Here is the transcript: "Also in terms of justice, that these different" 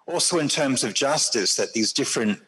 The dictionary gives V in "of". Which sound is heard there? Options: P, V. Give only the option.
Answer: V